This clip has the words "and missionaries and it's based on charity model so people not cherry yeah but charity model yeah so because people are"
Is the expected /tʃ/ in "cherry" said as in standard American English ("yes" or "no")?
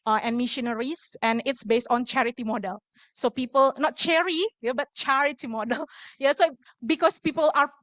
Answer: yes